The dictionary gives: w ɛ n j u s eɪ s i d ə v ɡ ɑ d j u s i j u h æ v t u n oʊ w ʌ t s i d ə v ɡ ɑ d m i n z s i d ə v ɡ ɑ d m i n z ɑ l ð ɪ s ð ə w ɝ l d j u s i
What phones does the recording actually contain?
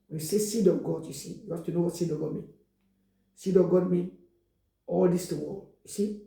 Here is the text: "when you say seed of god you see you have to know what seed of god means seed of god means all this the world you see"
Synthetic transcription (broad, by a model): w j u s eɪ s i d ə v ɡ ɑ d j u s i j u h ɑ f t u n oʊ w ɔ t s i d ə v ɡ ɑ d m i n s i d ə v ɡ ɑ d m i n ɑ l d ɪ s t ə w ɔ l j u s i